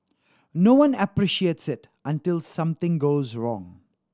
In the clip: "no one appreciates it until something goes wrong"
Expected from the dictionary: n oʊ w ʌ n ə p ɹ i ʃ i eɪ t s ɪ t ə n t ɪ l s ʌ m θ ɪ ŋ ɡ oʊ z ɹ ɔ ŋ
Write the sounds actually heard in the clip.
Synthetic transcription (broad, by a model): n oʊ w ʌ n ə p ɹ i ʃ i eɪ t s ɪ t ə n t ɪ l s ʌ m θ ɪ ŋ ɡ oʊ z ɹ ɔ ŋ